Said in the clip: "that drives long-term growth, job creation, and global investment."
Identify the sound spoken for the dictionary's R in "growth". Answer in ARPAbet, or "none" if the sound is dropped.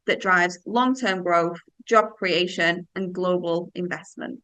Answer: R